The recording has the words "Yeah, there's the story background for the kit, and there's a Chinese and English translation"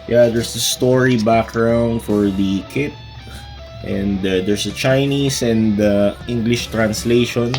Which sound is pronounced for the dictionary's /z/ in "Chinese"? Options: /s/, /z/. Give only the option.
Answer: /s/